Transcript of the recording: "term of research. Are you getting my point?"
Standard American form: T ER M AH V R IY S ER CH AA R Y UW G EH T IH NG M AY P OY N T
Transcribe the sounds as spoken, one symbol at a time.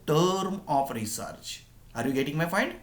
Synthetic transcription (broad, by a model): T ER M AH F R IY S ER CH AA R Y UW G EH T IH NG M AY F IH N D